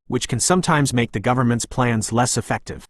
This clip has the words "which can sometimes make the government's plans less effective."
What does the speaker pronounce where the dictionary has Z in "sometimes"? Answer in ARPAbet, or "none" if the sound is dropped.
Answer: Z